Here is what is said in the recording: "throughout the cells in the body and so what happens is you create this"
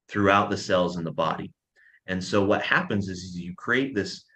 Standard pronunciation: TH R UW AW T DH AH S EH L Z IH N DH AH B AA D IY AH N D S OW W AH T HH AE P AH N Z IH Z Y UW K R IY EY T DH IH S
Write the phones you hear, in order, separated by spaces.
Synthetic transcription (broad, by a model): TH R UW AW T DH AH S EH L Z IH N DH AH B AA D IY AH N S OW W AH T HH AE P AH N Z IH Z Y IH K R IY EY T DH IH S